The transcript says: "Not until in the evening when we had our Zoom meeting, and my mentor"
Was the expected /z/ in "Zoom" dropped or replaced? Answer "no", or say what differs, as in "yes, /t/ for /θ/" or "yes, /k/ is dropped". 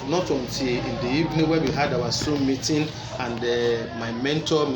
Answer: yes, /s/ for /z/